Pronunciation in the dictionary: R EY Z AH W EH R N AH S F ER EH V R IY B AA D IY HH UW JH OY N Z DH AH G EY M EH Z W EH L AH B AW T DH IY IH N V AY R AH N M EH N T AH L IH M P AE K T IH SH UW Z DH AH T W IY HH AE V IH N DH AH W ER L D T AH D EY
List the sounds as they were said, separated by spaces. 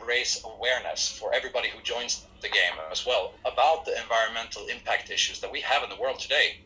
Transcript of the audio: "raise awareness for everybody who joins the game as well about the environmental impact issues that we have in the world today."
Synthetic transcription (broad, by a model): R EY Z AH W EH R N AH S F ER EH V R IY B AA D IY HH UW JH OY N Z DH AH G EY M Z W EH L AH B AW T DH IY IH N V AY R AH N M EH N T L IH M P AE K T IH SH UW Z DH AH T W IY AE V IH N DH AH W ER L D T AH D EY